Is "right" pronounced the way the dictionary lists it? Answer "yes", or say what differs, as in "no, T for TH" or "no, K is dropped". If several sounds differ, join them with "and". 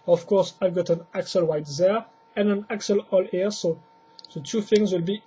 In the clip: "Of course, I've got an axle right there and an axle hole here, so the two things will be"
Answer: no, W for R